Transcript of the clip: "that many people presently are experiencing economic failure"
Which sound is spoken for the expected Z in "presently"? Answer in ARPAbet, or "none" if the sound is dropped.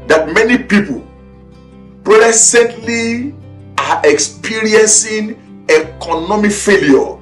S